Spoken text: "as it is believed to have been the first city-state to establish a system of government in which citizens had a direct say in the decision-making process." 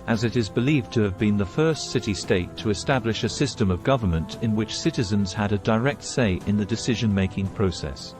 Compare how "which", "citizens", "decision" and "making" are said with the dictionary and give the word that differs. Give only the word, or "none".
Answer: none